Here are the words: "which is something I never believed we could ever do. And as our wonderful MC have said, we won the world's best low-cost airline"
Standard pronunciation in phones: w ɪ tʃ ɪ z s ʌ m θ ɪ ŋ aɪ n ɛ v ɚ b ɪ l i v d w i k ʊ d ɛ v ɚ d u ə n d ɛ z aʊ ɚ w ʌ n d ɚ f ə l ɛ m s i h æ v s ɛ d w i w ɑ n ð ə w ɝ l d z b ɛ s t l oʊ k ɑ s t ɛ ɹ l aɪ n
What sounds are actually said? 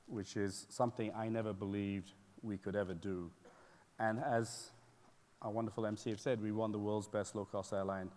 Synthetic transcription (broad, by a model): w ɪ tʃ ɪ z s ʌ m θ ɪ ŋ aɪ n ɛ v ɚ b ɪ l i v d w i k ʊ d ɛ v ɚ d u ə n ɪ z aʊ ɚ w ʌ n d ɚ f l ɛ m s i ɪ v s ɛ d w i w ɑ n ð ə w ɝ l d z b ɛ s t l oʊ k ɑ s t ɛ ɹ l aɪ n